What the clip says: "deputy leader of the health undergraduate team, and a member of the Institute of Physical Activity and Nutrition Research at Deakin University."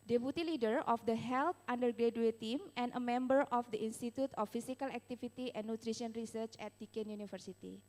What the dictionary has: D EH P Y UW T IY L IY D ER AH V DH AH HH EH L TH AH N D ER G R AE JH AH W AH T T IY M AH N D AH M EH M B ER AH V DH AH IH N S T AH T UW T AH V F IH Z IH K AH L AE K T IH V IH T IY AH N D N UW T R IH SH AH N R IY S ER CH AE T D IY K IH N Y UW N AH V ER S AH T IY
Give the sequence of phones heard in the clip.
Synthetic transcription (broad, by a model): D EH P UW T IY L IY D ER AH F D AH HH EH L T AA N D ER G R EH JH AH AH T T IY M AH N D AH M EH M B ER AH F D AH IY N S T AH T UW T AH F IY S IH K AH L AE K T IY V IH T IY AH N N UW T R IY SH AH N R IY S ER CH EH T D IY K IH N Y UW N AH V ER S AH T IY